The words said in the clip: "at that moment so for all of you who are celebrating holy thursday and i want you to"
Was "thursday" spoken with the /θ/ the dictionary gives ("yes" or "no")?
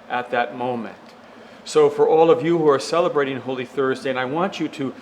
yes